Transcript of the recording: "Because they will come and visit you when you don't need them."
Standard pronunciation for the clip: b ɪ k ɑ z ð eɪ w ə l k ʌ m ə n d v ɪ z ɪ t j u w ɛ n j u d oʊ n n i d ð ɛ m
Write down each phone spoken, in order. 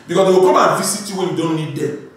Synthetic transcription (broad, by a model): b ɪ k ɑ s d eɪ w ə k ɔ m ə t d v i s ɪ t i w ɛ n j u d oʊ n n i d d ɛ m